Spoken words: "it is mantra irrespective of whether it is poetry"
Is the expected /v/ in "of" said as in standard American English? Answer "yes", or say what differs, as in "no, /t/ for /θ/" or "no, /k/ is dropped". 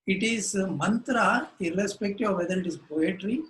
yes